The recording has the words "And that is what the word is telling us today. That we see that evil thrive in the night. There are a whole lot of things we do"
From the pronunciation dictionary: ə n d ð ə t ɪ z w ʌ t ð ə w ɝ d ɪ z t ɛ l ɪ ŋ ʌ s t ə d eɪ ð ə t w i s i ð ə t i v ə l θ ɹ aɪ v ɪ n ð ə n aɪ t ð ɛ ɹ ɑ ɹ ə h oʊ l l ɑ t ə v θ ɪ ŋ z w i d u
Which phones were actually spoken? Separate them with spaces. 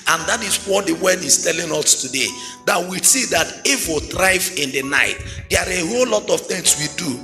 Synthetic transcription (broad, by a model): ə n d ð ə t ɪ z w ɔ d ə w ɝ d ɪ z t ɛ l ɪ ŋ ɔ s t ə d eɪ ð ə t w i s i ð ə t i f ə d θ ɹ aɪ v ɪ n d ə n aɪ t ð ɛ ɑ ɹ ə h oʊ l l ɑ t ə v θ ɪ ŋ s w i d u